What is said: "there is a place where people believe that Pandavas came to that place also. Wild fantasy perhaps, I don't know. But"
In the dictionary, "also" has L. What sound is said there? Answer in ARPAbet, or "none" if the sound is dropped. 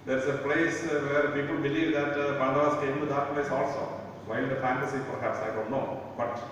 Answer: L